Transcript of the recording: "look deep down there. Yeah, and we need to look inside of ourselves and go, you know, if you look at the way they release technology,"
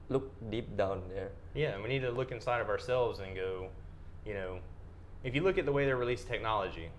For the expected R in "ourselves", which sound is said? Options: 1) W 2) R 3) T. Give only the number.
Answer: 2